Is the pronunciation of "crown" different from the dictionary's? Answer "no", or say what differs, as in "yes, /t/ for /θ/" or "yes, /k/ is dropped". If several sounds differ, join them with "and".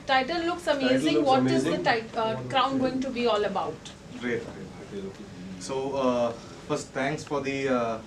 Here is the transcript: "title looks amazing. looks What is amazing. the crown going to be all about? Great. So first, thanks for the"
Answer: no